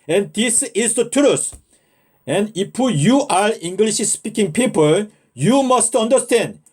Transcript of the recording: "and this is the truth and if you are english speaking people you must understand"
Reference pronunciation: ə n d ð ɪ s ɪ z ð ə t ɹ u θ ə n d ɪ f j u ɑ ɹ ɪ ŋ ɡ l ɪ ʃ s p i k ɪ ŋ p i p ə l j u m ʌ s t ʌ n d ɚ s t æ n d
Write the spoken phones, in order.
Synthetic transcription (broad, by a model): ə n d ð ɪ s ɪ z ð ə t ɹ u s ə n d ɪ p j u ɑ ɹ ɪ ŋ ɡ l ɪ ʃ s p i k ɪ ŋ p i p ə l j u m ʌ s t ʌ n d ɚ s t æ n d